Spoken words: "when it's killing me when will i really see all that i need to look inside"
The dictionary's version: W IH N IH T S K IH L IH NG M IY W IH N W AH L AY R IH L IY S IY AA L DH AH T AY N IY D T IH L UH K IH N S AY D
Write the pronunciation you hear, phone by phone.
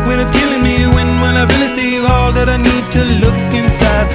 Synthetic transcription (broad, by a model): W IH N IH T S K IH L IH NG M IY W IH N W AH N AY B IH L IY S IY AA L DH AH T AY N IY D T IH L UH K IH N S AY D